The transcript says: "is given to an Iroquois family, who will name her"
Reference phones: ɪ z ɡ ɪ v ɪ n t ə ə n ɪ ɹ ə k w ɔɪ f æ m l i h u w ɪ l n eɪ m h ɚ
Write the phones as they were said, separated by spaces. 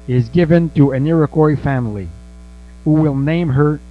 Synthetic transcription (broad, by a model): ɪ z ɡ ɪ v ɪ n t ə ə n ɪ ɹ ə k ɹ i f æ m l i h u w ɪ l n eɪ m h ɚ